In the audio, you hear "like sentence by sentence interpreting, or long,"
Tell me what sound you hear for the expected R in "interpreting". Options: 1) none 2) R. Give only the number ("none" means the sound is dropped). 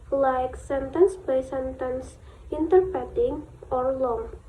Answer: 1